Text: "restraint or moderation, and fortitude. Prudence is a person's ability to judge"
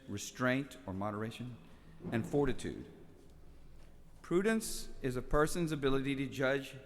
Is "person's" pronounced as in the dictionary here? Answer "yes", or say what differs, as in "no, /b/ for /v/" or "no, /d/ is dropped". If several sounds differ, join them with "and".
yes